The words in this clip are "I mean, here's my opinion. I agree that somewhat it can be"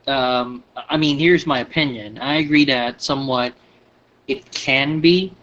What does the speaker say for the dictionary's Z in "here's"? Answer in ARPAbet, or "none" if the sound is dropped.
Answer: Z